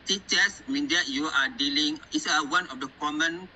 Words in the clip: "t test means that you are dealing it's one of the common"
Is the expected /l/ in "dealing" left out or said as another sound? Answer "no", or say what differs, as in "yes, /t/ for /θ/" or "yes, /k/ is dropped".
no